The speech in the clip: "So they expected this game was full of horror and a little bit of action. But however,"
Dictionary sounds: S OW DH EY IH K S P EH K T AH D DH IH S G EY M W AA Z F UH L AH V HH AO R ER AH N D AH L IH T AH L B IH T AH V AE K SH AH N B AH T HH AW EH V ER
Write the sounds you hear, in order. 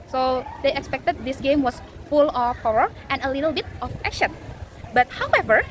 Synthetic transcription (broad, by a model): S OW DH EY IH K S P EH K T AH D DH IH S G EY M W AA S F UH L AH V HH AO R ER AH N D AH L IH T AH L B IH T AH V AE K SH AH N B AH T HH AW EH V ER